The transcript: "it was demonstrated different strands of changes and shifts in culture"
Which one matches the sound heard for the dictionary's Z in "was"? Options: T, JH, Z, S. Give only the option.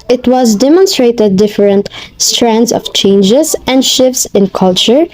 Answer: Z